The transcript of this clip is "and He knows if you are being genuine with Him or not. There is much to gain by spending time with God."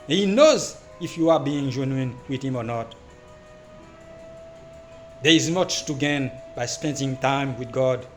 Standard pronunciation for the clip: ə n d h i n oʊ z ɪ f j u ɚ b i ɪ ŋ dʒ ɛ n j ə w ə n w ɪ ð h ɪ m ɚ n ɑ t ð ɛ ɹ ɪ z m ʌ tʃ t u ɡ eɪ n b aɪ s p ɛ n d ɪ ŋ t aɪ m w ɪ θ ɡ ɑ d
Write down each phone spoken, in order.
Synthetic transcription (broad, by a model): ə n h i n oʊ z ɪ f j u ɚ b i ɪ ŋ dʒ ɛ n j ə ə n w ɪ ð h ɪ m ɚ n ɑ t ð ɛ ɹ ɪ z m ʌ tʃ t u ɡ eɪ n b aɪ s p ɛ n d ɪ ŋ t aɪ m w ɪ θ ɡ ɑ d